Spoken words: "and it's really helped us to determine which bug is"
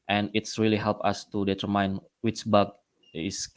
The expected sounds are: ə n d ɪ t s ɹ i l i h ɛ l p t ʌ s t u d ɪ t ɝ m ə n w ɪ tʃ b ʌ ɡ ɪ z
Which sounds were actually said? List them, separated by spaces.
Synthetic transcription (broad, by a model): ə n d ɪ t s ɹ i l i h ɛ l p ʌ s t u d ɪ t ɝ m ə n w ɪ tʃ b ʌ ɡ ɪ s